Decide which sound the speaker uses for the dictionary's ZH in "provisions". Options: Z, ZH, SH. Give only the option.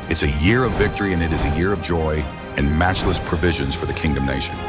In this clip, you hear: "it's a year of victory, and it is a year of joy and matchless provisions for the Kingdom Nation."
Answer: ZH